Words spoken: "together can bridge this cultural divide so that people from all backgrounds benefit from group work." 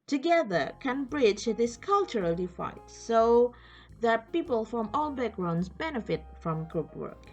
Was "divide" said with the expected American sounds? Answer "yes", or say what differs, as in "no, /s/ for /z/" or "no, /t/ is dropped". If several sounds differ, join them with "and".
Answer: no, /f/ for /v/